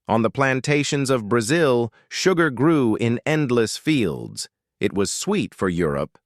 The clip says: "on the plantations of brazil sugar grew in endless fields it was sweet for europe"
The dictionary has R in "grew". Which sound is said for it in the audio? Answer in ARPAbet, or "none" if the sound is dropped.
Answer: R